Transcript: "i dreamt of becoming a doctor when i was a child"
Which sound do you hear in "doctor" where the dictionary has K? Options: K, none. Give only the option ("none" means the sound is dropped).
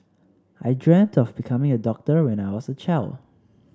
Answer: K